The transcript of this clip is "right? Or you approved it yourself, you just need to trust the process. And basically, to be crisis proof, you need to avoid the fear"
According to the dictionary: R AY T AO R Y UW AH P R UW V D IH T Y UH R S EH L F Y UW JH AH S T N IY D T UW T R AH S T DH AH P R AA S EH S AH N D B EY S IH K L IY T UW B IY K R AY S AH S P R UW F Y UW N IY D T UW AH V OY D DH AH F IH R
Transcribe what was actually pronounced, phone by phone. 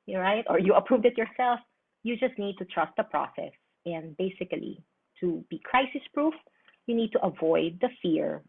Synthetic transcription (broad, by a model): R AY T AO R Y UW AH P R UW V D IH T Y UH R S EH L F Y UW JH AH S T N IY D T UW T R AH S T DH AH P R AA S EH S AH N D B EY S IH K L IY T UW B IY K R AY S AH S P R UW F Y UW N IY D T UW AH V OY D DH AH F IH R